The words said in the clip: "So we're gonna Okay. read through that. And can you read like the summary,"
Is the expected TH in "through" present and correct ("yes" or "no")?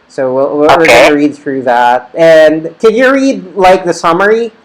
yes